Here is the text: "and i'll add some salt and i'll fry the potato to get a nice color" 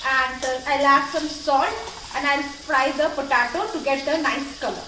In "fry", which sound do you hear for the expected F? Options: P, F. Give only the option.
P